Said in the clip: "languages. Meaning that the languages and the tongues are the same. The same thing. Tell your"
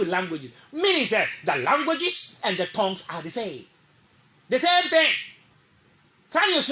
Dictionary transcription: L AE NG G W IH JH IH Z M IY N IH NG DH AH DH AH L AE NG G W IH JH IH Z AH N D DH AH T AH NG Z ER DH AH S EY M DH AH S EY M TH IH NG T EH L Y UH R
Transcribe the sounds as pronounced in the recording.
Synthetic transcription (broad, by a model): L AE NG G W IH JH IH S M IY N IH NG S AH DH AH L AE NG G W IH JH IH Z AH N D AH T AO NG S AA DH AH S EY M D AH S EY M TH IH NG S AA N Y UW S